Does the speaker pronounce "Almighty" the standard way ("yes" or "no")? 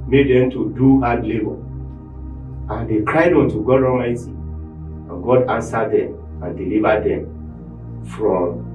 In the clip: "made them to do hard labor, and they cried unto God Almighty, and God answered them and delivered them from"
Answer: no